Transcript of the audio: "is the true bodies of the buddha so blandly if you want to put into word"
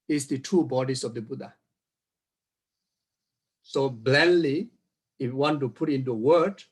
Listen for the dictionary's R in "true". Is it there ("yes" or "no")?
no